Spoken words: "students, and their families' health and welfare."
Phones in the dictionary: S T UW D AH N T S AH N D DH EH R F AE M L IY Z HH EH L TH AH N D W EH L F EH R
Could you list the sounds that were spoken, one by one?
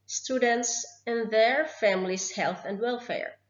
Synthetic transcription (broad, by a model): S T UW D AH N T S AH N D DH EH R F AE M L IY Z HH EH L TH AH N D W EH L F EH R